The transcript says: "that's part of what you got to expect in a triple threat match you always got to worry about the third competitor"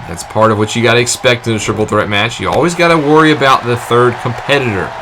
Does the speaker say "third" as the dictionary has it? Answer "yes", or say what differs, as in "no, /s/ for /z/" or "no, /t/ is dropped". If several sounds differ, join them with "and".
yes